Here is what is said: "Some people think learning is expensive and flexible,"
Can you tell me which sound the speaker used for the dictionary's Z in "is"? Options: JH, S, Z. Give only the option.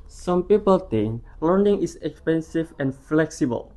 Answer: S